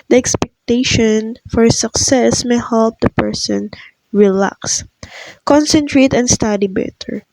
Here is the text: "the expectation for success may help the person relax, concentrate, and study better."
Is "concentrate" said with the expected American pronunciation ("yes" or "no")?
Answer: yes